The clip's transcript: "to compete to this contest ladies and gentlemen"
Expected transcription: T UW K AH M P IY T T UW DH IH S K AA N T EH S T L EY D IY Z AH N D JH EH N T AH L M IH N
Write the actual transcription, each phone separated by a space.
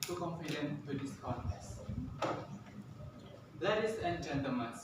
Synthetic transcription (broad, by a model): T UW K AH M F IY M T UW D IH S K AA T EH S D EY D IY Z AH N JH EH N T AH L M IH N